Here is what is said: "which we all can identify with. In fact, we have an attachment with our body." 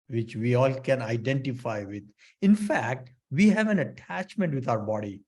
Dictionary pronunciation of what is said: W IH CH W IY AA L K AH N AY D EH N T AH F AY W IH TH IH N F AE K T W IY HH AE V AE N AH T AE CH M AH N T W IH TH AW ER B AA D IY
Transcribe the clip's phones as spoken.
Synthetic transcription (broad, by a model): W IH CH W IY AA L K AH N AY D EH N T AH F AY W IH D IH N F AE K T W IY HH AE V AE N AH T AE CH M AH N T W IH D AW ER B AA D IY